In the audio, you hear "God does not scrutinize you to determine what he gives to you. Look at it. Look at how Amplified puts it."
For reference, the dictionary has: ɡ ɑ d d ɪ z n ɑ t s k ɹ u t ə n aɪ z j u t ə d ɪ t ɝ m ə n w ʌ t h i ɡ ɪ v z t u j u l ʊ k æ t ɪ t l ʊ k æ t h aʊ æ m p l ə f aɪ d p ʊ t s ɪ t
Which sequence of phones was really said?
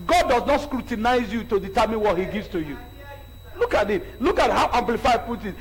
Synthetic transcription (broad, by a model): ɡ ɑ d d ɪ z n ɑ t s k ɹ u t ə n aɪ z j u t ə d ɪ t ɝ m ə n w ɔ t h i ɡ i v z t u j u l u k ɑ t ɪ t l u k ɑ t h aʊ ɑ m p l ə f aɪ p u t ɪ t